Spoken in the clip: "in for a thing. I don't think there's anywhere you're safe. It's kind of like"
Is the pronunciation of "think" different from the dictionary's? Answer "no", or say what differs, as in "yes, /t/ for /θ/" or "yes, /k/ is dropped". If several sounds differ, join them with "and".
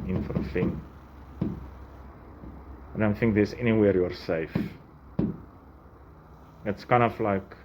no